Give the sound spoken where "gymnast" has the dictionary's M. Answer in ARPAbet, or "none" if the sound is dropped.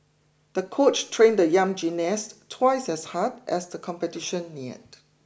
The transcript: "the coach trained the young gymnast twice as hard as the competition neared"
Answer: none